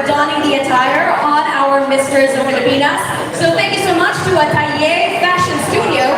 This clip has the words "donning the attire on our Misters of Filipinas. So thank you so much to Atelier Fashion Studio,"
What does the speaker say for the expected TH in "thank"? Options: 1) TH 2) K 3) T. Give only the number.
1